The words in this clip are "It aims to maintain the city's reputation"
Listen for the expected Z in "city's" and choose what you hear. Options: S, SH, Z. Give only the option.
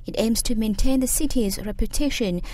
Z